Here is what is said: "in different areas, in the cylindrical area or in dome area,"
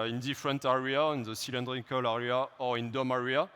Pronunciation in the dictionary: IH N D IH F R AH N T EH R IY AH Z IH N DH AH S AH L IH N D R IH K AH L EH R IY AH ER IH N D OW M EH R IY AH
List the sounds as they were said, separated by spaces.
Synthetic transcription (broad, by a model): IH N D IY F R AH N T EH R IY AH IH N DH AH S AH L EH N D R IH K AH L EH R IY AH IH N D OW M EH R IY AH